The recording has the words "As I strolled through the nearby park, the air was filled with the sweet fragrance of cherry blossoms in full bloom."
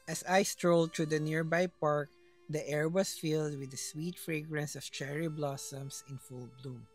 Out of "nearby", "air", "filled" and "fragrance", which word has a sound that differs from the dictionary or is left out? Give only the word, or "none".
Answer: none